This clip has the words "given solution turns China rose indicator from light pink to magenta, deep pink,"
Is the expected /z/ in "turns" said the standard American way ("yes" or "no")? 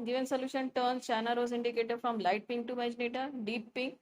no